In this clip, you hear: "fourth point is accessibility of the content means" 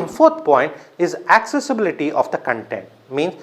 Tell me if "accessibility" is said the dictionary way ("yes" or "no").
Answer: yes